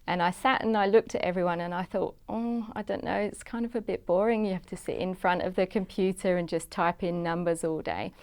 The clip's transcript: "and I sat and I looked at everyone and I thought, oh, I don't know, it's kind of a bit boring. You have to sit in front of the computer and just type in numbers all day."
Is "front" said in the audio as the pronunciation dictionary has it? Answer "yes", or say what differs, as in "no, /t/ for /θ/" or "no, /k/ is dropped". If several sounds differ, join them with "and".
yes